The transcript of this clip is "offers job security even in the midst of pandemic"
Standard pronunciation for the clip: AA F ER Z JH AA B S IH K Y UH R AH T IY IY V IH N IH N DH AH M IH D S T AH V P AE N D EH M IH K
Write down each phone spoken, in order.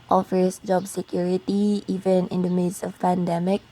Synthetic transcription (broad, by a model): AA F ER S JH AA B S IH K Y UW R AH T IY IY V IH N IH N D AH M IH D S AH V P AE N D EH M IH K